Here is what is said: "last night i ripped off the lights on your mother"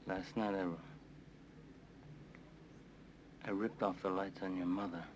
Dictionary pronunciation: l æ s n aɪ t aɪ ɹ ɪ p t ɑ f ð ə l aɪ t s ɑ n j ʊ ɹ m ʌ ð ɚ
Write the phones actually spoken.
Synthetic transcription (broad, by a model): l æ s n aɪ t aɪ ɹ ɪ p t ɑ f ð ə l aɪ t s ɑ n j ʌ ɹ m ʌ ð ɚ